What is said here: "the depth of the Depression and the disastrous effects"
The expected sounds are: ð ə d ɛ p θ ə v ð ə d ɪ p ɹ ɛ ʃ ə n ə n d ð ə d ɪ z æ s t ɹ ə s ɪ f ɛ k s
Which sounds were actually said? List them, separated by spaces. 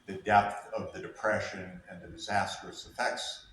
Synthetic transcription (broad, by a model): ð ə d ɛ p θ ə v ð ə d ɪ p ɹ ɛ ʃ ə n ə n ð ə d ɪ z æ s t ɹ ə s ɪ f ɛ k s